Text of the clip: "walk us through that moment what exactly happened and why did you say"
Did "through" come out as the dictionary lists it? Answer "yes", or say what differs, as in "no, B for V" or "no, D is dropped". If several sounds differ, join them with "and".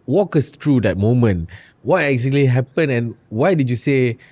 no, T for TH